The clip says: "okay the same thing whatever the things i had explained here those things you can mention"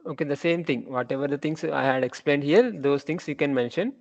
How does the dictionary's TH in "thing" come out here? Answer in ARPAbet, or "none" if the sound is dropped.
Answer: T